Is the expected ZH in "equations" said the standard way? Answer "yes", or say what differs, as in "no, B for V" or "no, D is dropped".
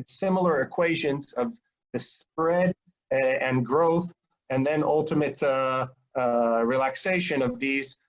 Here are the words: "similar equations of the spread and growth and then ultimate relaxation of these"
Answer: yes